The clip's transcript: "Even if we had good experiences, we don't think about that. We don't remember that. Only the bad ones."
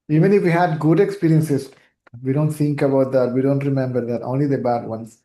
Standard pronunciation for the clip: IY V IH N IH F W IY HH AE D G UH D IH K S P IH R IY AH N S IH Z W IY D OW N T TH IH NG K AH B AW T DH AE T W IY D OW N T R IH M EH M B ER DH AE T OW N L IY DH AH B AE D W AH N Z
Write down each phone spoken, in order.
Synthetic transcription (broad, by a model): IY V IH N IH F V IY HH AE D G UH D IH K S P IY R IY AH N S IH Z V IY D OW N T T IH NG K AH B AW T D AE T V IY D OW N T R IH M EH M B ER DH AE T OW N L IY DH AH B AE D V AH N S